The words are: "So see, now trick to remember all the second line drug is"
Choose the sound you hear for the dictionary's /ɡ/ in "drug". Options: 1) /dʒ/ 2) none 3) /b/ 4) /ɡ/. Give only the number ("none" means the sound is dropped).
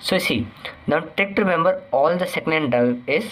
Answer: 2